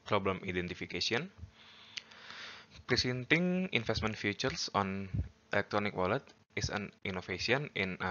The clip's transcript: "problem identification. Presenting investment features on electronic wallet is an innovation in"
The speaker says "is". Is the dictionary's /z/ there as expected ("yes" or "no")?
no